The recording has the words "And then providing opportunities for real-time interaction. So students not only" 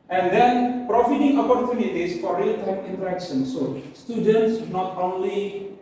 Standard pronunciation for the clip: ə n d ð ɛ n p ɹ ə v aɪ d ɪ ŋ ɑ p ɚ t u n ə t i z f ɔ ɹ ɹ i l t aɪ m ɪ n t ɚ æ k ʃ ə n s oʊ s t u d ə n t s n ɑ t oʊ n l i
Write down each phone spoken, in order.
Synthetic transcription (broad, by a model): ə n d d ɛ n p ɹ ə f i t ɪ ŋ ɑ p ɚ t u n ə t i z f ɔ ɹ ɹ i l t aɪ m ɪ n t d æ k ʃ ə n s oʊ s t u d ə n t s n ɑ t oʊ n l i